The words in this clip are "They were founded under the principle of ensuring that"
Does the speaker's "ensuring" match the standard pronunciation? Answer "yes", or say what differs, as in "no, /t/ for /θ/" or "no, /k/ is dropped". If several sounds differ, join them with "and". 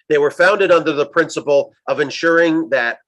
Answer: yes